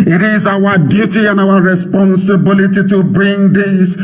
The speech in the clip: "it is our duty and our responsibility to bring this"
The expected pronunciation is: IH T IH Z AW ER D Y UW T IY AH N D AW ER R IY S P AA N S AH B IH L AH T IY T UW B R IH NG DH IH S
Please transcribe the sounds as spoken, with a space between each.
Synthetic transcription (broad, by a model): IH T IH Z AW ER D Y UW T IY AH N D AW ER R IY S P AA N S AH B IH L AH T IY T UW B R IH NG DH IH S